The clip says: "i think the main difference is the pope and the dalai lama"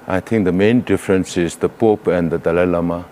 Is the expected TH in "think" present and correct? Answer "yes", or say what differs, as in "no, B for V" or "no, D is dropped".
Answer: no, T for TH